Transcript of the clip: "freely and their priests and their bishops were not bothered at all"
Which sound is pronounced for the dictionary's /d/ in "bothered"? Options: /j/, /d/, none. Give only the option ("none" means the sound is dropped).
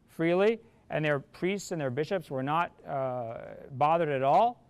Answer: /d/